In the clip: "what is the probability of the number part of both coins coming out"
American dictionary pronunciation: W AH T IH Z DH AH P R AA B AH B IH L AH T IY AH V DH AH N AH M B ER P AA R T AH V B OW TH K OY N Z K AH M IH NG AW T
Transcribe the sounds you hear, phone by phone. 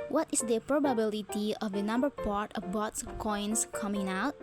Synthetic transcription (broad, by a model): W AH T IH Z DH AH P R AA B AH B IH L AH T IY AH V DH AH N AH M B ER P AA R T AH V B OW S K OY N S K AH M IH NG AW T